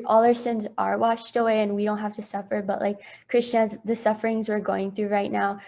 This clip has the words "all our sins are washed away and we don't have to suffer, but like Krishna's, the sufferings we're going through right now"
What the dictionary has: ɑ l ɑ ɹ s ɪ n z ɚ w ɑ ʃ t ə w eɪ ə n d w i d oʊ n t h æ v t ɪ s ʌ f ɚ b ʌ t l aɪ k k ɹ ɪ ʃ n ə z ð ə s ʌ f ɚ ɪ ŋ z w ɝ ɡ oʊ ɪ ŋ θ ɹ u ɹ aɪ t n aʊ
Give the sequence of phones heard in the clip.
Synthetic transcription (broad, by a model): ɑ l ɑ ɹ s ɪ n z ɚ w ɑ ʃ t ə w eɪ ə n w i d oʊ n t h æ f t ɪ s ʌ f ɚ b ʌ t l aɪ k k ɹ ɪ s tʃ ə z ð ə s ʌ f ɚ ɪ ŋ z w ɝ ɡ oʊ ɪ ŋ θ ɹ u ɹ aɪ t n aʊ